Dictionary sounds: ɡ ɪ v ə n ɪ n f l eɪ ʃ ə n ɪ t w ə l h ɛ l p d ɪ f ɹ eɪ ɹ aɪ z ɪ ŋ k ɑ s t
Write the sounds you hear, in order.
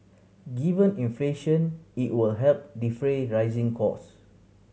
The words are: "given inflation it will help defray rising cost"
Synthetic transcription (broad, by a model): ɡ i v ə n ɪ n f l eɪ ʃ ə n ɪ t w ə l h ɛ l p d ɪ f ɹ eɪ ɹ aɪ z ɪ ŋ k ɑ s